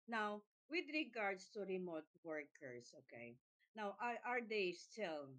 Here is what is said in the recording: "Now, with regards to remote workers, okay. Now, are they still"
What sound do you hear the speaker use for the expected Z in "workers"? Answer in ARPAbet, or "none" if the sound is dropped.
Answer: S